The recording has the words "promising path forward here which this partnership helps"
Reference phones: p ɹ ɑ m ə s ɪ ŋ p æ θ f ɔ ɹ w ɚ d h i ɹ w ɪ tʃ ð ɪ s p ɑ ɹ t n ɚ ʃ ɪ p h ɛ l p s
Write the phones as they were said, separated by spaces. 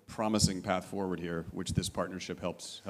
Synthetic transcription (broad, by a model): p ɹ ɑ m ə s ɪ ŋ p æ θ f ɔ ɹ w ɚ d h i ɹ w ɪ tʃ ð ɪ s p ɑ ɹ t n ɚ ʃ ɪ p h ɛ l p s